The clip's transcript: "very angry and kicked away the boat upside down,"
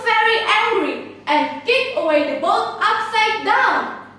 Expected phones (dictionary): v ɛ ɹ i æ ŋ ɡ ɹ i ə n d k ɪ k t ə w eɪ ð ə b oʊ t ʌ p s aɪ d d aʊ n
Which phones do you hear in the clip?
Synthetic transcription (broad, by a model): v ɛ ɹ i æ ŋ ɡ ɹ i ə n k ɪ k ə w eɪ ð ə b oʊ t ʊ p s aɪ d d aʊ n